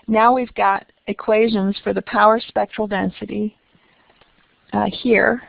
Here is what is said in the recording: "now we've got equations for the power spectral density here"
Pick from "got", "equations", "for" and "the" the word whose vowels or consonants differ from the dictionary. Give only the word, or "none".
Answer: none